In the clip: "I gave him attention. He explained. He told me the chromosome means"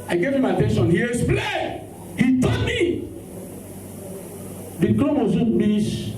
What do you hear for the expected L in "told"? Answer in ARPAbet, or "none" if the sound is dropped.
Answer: none